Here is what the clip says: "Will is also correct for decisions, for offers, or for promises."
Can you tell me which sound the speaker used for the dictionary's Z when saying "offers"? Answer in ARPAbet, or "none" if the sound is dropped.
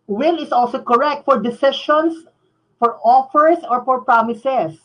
S